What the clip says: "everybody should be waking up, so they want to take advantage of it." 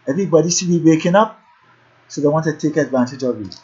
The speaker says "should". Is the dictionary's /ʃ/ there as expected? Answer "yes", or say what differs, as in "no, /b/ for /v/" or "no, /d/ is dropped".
no, /s/ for /ʃ/